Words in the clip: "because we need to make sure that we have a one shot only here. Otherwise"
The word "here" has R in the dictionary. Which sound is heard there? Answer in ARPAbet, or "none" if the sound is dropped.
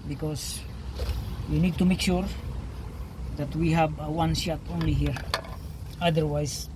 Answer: R